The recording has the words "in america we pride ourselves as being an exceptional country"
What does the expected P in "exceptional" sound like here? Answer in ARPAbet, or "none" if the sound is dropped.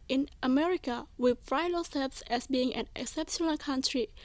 P